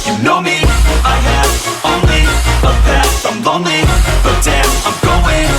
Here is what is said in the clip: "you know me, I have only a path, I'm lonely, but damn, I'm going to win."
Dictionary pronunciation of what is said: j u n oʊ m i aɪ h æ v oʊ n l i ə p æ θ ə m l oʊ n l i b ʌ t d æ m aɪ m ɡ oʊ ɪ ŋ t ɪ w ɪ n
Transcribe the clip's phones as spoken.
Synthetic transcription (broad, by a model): j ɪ n oʊ m i aɪ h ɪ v oʊ n l i ə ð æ t ə m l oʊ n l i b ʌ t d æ aɪ m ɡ oʊ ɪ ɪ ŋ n